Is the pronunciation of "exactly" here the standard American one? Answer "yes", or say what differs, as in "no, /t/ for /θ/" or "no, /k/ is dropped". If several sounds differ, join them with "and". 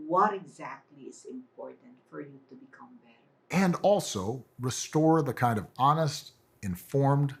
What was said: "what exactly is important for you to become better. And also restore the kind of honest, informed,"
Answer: yes